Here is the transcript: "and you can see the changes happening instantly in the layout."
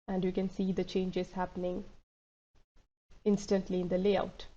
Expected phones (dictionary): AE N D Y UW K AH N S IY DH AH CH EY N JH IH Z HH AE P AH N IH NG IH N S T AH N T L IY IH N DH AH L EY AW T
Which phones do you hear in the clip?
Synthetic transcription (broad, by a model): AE N D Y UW K AH N S IY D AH CH EY N JH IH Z HH AE P AH N IH NG IH N S T AH N T L IY IH N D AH L EY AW T